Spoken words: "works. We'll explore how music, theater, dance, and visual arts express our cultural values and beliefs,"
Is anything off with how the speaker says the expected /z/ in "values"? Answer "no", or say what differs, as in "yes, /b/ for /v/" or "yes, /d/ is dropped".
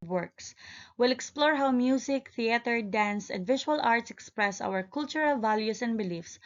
yes, /s/ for /z/